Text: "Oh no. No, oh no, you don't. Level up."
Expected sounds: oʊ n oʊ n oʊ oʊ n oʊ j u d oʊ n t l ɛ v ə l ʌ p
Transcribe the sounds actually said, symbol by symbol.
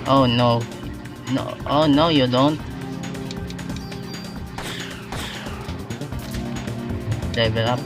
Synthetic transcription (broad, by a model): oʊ n oʊ n oʊ oʊ n oʊ j u d oʊ n t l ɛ b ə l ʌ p